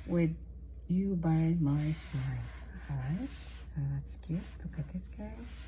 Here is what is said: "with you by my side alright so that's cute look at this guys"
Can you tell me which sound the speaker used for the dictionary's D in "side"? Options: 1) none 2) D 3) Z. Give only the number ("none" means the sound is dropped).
1